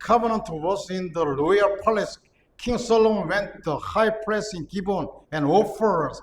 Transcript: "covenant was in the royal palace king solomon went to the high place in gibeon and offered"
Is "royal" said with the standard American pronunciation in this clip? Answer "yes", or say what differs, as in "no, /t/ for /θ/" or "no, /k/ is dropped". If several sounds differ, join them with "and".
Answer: no, /l/ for /ɹ/